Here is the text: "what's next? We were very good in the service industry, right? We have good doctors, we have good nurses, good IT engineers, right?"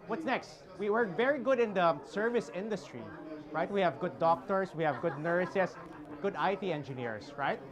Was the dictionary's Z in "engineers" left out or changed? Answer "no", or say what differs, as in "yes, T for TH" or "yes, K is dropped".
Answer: yes, S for Z